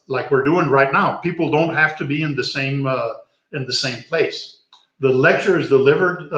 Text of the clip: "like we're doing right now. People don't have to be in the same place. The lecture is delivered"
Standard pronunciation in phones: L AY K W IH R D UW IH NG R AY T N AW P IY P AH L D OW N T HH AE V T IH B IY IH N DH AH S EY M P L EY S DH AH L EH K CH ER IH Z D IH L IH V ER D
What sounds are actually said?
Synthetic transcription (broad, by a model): L AY K W IH R D UW IH NG R AY T N AW P IY P L D OW N T HH AE F T IH B IY IH N DH AH S EY M P L EY S DH AH L EH K CH ER IH Z D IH L IH V ER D